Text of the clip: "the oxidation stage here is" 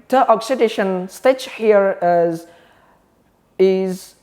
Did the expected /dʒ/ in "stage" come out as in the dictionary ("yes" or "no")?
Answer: no